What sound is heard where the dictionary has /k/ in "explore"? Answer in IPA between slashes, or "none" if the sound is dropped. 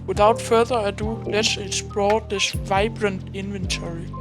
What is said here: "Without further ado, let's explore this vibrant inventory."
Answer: none